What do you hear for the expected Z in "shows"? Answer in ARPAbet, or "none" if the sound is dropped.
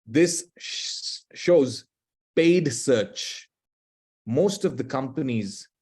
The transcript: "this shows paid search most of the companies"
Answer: Z